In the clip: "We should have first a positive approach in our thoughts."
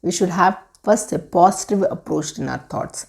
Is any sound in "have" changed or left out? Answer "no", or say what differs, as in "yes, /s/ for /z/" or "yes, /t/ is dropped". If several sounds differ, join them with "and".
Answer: no